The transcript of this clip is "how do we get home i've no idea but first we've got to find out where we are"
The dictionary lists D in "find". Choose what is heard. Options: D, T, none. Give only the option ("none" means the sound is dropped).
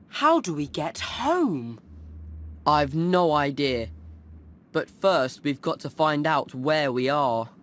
D